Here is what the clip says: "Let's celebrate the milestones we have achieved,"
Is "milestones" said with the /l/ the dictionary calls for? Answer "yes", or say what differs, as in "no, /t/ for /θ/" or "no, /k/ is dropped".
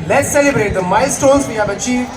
no, /l/ is dropped